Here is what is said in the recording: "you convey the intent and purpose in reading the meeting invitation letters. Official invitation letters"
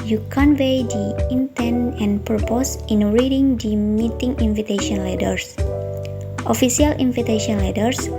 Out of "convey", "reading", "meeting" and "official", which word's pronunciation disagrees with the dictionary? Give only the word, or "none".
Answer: official